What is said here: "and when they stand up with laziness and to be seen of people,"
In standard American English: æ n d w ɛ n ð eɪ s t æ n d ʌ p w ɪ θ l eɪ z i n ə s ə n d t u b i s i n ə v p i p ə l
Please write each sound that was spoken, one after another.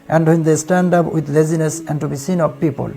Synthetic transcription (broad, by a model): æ n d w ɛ n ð eɪ s t æ n d ʌ p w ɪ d l eɪ z i n ə s ə n d t u b i s i n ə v p i p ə l